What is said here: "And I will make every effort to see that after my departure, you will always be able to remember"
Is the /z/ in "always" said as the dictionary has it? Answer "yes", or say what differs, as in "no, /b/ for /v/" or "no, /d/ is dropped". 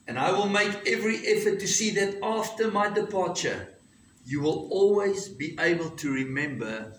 yes